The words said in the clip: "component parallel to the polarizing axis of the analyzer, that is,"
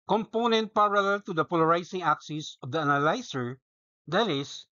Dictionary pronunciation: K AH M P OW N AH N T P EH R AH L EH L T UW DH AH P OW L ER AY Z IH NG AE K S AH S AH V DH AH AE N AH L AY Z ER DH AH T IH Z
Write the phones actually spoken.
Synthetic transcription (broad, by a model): K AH M P OW N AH N T P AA R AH L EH L T UW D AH P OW L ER AY S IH NG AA K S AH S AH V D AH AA N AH L AY S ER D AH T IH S